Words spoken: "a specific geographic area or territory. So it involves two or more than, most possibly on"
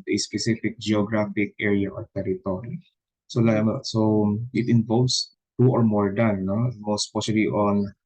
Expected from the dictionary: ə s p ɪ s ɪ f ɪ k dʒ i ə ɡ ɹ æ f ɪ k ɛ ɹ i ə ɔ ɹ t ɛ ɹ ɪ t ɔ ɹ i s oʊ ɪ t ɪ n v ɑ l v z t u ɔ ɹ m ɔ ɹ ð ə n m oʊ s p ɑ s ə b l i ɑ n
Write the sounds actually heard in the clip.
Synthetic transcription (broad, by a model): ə s p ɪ s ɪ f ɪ k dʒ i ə ɡ ɹ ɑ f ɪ k ɛ ɹ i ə ɔ ɹ t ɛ ɹ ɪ t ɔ ɹ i s oʊ ɪ t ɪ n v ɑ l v s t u ɔ ɹ m ɔ ɹ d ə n m oʊ s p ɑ ʃ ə l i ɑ n